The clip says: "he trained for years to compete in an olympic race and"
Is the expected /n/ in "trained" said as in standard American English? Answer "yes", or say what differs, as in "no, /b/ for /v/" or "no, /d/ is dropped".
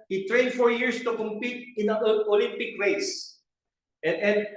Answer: yes